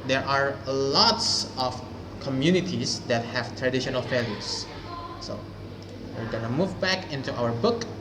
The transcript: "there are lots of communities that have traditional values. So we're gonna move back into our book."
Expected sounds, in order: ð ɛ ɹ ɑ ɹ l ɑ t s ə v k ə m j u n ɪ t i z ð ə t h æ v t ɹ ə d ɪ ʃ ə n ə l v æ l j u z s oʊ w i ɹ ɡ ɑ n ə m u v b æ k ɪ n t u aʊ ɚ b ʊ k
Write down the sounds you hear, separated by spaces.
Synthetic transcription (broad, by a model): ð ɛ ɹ ɑ ɹ l ɑ t s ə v k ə m j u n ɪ t i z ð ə t h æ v t ɹ ə d ɪ ʃ ə n ə l f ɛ l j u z s oʊ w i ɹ ɡ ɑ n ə m u v b æ k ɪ n t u aʊ ɚ b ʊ k